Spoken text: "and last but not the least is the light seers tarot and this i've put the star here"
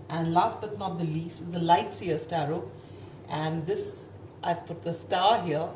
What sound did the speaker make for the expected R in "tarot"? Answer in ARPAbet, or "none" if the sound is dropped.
R